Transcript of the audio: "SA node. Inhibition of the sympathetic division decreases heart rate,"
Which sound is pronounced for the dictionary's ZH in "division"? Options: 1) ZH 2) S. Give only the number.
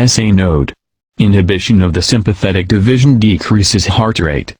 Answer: 1